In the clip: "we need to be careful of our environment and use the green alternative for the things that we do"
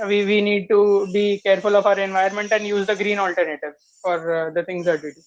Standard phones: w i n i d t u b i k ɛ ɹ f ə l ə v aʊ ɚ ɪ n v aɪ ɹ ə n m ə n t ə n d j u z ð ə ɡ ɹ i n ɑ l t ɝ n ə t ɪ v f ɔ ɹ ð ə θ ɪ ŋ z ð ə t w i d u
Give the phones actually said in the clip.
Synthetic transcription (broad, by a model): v i n i d t u b i k ɛ ɹ f ə l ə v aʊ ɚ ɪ n v aɪ ə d m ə n t ə n d j u z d ə ɡ ɹ i n ɑ l t ɝ n ə t ɪ v f ɔ ɹ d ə t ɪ ŋ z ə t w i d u